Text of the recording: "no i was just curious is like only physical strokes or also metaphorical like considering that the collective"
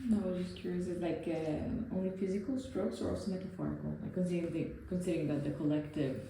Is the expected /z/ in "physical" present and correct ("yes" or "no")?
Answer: yes